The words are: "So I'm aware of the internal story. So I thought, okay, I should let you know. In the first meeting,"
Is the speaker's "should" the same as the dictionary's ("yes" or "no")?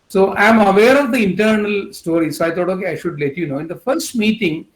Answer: yes